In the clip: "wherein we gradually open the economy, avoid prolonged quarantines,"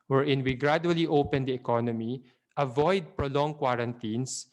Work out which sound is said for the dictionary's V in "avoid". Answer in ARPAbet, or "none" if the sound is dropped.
V